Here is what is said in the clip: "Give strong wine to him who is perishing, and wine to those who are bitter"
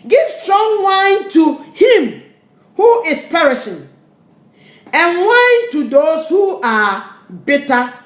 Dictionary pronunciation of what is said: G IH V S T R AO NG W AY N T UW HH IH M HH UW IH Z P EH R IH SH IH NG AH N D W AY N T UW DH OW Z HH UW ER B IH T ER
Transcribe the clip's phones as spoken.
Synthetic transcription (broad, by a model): G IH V S T R AO NG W AY N T UW HH IH M HH UW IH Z P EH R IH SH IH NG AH N W AY N T UW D OW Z HH UW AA B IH T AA